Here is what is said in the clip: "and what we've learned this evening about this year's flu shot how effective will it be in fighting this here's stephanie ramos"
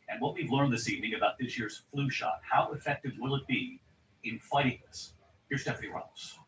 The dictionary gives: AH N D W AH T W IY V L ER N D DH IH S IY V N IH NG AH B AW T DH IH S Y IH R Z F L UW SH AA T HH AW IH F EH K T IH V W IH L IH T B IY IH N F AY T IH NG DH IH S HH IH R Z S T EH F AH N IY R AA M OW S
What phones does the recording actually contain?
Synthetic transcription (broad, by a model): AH N W AH T W IY V L ER N DH IH S IY V N IH NG AH B AW T DH IH S Y IH R Z F L UW SH AA T HH AW IH F EH K T IH V W IH L IH T B IY IH N F AY T IH NG DH IH S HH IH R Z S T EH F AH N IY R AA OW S